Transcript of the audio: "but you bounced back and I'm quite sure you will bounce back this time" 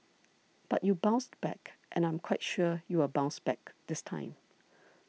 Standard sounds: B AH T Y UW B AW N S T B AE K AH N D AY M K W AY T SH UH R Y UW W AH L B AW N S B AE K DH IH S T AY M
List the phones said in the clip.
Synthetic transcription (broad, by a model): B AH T Y UW B AW N S T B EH K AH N AY M K W AY T SH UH Y UW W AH B AW N S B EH K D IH S T AY M